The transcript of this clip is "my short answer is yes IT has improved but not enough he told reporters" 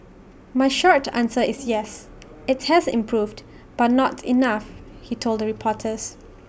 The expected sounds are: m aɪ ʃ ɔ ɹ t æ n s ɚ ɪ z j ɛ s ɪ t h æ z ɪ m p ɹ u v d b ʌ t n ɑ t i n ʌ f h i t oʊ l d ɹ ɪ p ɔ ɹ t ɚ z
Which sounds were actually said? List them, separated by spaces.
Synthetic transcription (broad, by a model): m aɪ ʃ ɔ ɹ t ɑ n s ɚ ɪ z j ɛ s ɪ t h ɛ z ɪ m p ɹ u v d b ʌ t n ɑ t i n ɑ f h i t oʊ l d ɹ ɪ p ɔ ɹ t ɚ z